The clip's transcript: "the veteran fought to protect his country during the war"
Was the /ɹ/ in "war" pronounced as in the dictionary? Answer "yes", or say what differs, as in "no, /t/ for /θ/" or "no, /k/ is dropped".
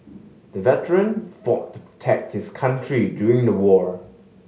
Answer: yes